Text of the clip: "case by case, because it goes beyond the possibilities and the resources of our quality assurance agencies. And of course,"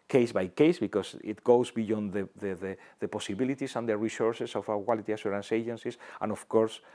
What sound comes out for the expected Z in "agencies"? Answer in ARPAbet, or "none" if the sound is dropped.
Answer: S